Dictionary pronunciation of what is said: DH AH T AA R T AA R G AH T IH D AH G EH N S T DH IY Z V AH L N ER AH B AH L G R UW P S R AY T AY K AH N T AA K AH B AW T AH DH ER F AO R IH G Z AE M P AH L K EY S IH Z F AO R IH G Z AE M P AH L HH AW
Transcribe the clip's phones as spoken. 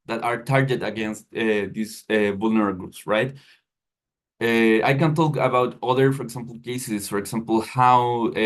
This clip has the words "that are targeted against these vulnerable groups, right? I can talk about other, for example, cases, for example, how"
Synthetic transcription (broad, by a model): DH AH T AA R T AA R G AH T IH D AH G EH N S T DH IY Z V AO L N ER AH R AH G R UW P S R AY T AY K AH N T AA K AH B AW T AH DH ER F AO R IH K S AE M P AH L K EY S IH S F AO R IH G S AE M P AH L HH AW